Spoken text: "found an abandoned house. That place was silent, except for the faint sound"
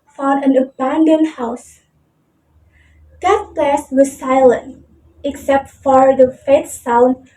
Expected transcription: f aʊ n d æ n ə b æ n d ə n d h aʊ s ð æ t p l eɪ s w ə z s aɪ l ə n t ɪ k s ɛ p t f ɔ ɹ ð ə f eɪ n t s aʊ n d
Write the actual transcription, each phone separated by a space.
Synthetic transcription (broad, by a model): f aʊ n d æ n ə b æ n d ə n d h aʊ s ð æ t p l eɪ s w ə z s aɪ l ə n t ɪ k s ɛ p t f ɔ ɹ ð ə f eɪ t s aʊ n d